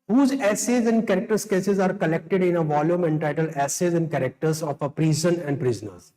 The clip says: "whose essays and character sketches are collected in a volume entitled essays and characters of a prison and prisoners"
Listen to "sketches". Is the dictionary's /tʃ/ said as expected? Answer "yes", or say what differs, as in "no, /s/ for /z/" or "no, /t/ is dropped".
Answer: no, /s/ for /tʃ/